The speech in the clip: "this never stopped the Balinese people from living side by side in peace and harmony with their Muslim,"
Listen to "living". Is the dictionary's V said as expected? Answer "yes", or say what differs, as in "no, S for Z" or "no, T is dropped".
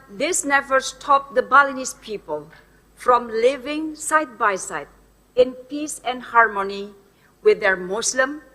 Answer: yes